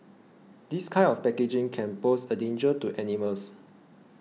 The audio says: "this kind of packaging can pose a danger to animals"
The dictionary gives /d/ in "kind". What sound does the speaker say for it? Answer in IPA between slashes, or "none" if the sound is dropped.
none